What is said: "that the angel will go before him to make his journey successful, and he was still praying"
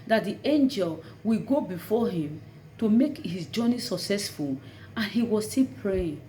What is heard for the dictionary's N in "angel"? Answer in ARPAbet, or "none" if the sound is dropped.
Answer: N